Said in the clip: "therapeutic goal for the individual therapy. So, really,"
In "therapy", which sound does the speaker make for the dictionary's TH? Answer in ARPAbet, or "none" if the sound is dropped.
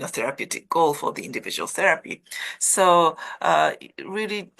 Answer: TH